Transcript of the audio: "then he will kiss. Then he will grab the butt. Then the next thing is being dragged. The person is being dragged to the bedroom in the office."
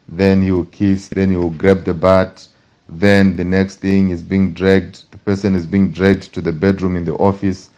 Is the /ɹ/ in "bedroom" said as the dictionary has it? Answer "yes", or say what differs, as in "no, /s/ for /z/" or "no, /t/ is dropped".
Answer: yes